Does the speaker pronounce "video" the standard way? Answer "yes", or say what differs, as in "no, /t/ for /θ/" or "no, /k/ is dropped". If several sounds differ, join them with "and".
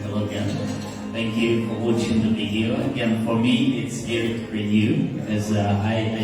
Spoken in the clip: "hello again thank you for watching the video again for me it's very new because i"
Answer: no, /b/ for /v/